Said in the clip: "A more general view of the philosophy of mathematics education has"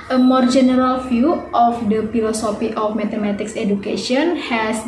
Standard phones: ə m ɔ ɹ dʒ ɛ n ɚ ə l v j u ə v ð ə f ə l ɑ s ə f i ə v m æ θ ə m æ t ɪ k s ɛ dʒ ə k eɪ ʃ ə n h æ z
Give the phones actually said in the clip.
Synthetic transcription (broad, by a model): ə m ɔ ɹ dʒ ɛ n ɚ ə l f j u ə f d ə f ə l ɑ s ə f i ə f m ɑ t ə m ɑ t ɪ k s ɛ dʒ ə k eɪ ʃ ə n h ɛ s